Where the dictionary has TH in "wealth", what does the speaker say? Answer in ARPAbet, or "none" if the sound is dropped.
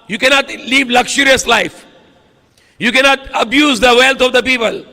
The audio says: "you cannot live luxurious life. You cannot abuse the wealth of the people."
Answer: T